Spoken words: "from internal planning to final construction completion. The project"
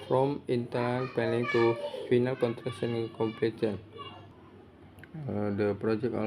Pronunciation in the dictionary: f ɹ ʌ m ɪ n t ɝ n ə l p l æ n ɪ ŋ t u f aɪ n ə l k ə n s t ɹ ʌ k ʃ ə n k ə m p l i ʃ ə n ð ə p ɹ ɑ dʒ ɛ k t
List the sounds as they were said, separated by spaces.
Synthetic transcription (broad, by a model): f ɹ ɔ m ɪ n t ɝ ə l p ɛ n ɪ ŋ t u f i n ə l k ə n t ɹ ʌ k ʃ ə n k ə m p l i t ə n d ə p ɹ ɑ dʒ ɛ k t